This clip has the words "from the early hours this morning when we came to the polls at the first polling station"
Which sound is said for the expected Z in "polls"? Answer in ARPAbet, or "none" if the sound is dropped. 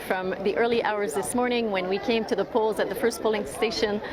Z